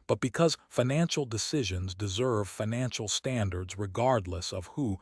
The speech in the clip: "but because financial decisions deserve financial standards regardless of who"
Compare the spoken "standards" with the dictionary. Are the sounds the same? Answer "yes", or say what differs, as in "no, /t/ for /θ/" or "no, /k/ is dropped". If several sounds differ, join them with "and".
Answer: yes